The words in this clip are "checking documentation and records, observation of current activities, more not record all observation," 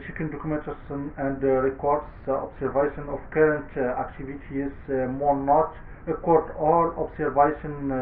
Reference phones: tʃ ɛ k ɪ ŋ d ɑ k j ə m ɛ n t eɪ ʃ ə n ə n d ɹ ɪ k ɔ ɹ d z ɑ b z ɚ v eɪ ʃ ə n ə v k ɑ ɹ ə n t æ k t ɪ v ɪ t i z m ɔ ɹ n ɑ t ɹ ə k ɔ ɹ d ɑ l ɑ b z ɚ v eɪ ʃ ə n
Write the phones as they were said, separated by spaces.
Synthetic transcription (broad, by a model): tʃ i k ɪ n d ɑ k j m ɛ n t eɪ s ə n ə n d ɹ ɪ k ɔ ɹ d s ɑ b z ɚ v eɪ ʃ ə n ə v k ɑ ɹ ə n t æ k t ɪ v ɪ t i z m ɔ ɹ n ɑ t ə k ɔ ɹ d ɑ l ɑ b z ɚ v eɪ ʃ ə n